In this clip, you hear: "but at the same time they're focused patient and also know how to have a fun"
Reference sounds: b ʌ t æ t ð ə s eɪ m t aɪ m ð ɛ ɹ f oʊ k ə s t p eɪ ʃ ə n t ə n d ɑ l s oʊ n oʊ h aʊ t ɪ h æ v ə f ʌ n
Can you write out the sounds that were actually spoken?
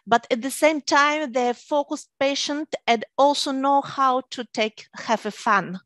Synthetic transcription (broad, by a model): b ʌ t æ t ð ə s eɪ m t aɪ m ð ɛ f oʊ k ə s t p eɪ ʃ ə n t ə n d ɑ l s oʊ n oʊ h aʊ t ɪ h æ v ə f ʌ n